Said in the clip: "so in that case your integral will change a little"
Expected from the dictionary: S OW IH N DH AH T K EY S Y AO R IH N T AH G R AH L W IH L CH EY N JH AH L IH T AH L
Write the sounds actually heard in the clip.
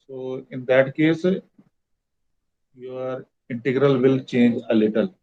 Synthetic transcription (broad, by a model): S OW IH N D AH T K EY S Y AO R IH N T AH G R AH L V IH L CH EY N JH AH L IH T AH L